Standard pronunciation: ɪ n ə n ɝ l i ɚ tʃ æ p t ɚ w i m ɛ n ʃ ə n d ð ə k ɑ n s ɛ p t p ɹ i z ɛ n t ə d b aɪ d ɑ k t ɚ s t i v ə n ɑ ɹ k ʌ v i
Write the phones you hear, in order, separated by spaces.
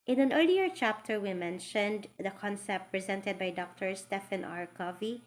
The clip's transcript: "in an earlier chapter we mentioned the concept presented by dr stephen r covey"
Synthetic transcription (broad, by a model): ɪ n ə n ɝ l i ɚ tʃ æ p t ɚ w i m ɛ n ʃ ə n d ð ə k ɑ n s ɛ p t p ɹ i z ɛ n t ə d b aɪ d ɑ k t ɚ s t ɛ f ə n ɑ ɹ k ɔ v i